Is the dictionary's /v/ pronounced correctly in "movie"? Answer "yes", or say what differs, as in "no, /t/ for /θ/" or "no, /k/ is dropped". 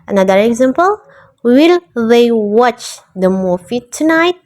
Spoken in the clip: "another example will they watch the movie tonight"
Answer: no, /f/ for /v/